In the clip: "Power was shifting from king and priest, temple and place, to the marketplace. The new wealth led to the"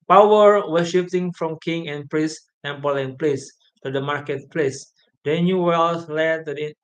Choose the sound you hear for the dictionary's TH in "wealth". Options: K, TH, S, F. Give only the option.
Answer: S